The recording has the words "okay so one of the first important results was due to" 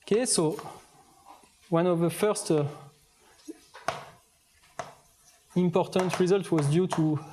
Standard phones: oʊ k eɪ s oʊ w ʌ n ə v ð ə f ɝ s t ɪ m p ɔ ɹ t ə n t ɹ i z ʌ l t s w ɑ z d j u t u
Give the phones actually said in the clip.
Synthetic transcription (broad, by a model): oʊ k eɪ s oʊ w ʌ n ə v ð ə f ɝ s t ɪ m p ɔ ɹ t ə n t ɹ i z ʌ l t w ɑ z d j u t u